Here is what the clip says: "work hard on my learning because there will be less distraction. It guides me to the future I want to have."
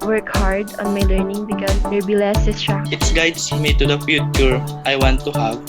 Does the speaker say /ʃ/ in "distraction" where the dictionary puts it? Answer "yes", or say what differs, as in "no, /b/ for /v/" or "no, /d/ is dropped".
no, /ʃ/ is dropped